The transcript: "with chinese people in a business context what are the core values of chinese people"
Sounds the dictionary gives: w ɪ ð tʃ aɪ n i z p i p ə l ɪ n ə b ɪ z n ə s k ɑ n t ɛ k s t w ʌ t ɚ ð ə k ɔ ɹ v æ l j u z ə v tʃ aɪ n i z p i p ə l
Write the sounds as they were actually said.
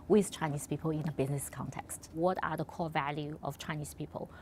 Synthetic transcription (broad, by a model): w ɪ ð tʃ aɪ n i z p i p ə l ɪ n ə b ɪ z n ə s k ɑ n t ɛ k s t w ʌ t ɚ ð ə k ɔ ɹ v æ l j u ə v tʃ aɪ n i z p i p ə l